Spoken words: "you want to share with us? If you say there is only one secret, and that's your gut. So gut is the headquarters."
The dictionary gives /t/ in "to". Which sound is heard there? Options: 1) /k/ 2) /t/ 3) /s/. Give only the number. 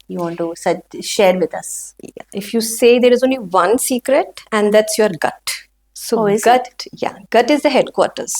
3